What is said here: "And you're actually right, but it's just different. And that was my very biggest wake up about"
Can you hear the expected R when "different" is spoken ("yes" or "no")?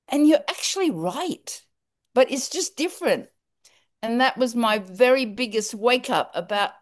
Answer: yes